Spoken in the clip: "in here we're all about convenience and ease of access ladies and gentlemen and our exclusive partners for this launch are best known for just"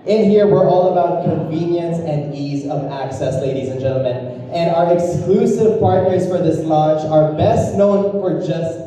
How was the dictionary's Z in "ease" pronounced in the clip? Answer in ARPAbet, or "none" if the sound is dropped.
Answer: Z